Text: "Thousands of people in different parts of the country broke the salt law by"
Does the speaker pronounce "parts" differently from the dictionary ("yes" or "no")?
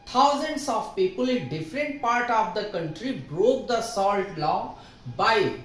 yes